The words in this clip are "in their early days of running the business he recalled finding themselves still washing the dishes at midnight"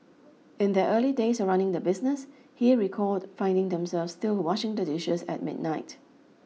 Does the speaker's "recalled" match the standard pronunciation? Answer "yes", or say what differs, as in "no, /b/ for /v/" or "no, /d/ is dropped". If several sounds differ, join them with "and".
no, /l/ is dropped